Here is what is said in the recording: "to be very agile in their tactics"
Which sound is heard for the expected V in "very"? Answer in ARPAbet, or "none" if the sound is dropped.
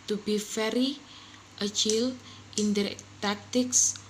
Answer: F